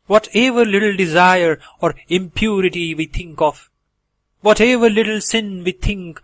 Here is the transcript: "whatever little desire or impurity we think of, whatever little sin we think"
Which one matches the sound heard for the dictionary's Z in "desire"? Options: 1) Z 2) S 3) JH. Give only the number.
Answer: 1